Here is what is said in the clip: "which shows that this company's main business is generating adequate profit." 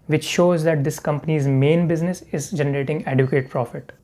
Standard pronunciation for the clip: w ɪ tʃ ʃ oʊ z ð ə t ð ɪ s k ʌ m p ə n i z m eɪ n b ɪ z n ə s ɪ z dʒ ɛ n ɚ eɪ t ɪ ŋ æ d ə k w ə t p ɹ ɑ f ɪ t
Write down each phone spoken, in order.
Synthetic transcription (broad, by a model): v ɪ tʃ ʃ oʊ z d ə t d ɪ s k ʌ m p ə n i z m eɪ n b ɪ z n ə s ɪ z dʒ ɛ n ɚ eɪ t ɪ ŋ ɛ d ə k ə t p ɹ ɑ f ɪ t